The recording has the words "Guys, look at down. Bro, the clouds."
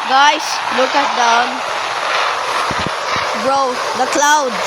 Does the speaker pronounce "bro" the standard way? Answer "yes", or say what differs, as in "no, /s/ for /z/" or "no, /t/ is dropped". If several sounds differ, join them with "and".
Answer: yes